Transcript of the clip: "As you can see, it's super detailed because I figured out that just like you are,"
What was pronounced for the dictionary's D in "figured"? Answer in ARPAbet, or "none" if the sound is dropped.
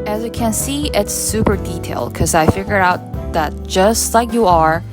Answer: none